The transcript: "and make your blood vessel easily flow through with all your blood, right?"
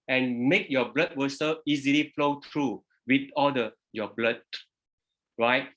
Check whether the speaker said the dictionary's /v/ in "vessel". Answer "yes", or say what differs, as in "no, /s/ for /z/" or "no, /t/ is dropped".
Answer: no, /w/ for /v/